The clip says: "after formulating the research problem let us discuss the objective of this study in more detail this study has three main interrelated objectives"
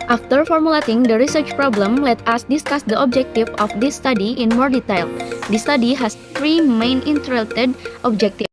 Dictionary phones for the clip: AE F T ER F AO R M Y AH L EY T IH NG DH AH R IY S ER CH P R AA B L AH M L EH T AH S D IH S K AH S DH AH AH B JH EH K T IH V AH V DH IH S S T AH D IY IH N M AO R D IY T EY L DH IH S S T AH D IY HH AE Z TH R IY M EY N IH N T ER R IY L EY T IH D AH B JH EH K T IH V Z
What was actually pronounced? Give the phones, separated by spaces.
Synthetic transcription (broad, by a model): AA F T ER F AO R M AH L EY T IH NG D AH R IY S ER CH P R AA B L AH M L EH T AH S D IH S K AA S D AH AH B JH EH K T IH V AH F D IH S S T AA D IY IH N M AO R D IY T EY L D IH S S T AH D IY HH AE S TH R IY M EY N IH N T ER R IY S T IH D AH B JH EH K T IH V